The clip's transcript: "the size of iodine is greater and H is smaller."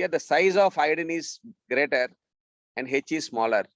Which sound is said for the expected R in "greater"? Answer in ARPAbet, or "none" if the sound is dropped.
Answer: R